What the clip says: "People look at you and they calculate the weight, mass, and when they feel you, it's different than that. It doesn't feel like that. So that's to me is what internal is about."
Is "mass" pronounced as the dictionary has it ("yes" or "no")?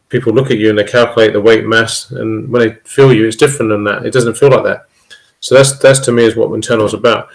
yes